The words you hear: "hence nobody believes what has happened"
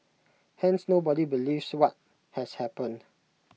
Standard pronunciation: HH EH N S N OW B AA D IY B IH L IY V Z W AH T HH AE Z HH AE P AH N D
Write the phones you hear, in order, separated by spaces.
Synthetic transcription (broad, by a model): HH EH N S N OW B AA D IY B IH L IY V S W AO T HH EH S HH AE P AH N